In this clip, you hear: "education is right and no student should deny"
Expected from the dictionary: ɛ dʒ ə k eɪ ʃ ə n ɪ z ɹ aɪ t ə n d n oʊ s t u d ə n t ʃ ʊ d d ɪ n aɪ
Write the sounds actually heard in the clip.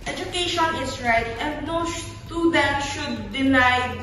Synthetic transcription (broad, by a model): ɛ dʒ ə k eɪ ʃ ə n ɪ s ɹ aɪ t ə n d n oʊ ʃ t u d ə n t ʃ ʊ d d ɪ n aɪ